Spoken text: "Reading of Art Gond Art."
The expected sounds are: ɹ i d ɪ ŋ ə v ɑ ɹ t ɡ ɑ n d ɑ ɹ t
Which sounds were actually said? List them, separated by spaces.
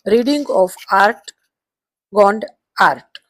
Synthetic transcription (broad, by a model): ɹ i d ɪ ŋ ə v ɑ ɹ t ɡ ɑ n d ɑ ɹ t